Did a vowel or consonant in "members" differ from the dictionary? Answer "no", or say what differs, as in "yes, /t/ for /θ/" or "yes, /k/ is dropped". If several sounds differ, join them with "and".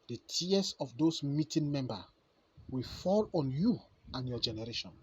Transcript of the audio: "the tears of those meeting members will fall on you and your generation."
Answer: yes, /z/ is dropped